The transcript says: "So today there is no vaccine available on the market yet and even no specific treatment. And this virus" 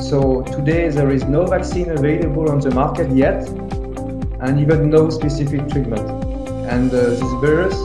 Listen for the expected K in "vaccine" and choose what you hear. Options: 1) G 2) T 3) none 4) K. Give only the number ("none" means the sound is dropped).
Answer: 4